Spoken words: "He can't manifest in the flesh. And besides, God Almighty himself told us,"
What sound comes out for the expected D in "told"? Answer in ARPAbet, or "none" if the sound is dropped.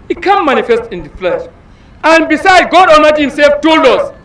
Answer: none